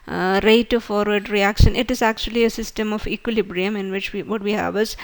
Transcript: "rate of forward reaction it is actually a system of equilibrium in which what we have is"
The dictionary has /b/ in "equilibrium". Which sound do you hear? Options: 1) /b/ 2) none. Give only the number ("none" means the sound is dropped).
1